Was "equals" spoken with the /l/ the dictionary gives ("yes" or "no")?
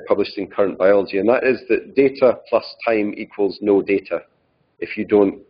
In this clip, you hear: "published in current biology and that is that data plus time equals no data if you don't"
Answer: yes